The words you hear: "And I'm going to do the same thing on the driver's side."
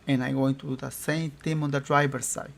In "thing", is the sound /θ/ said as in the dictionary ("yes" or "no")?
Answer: no